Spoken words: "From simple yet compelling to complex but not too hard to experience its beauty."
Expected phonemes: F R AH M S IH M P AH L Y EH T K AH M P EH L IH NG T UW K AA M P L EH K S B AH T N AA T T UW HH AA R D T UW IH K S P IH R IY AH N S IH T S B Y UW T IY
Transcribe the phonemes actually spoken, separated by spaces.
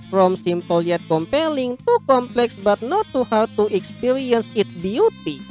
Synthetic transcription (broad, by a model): F R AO M S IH M P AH L Y EH T K AH M P EH L IH NG T UW K AA M P L EH K S B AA T N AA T T UW HH AA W T UW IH K S P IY R IY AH N S IH T S B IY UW T IY